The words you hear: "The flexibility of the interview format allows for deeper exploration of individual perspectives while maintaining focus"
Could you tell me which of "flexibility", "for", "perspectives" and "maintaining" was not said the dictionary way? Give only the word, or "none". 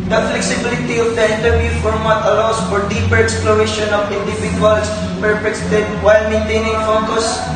perspectives